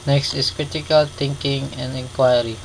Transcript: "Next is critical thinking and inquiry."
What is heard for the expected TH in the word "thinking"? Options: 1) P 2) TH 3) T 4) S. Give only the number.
3